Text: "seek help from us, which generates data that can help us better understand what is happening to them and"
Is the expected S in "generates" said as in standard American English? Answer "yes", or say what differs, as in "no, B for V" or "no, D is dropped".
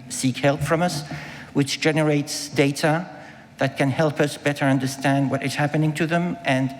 yes